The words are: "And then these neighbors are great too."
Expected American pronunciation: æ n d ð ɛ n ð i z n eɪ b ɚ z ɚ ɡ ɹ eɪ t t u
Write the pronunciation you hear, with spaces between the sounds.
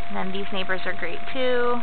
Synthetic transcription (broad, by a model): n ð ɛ n ð i z n eɪ b ɚ z ɚ ɡ ɹ eɪ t t u